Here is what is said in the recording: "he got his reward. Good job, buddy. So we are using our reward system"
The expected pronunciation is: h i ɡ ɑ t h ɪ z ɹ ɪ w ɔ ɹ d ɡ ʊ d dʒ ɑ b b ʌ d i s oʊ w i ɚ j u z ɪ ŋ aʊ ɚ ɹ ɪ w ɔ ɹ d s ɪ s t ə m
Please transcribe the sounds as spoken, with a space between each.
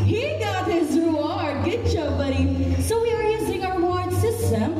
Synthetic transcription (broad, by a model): h i ɡ ɑ t h ɪ z ɹ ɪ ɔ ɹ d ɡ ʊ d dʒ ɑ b b ʌ d i s oʊ w i ɚ j u z ɪ ŋ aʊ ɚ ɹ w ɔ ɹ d s ɪ s t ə m